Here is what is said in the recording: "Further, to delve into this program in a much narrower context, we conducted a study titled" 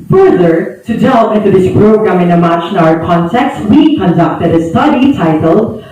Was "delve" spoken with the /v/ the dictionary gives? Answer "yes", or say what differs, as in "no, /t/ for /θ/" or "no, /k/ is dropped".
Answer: no, /v/ is dropped